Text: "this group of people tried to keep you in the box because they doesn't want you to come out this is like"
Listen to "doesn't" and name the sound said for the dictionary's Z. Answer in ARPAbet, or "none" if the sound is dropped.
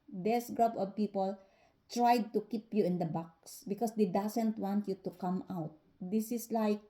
S